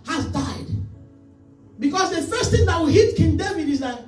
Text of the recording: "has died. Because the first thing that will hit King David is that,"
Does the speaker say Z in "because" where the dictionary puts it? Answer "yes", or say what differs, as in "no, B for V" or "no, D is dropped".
no, S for Z